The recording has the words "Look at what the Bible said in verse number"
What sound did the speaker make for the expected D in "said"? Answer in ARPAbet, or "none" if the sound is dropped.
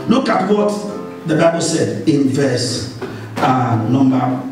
D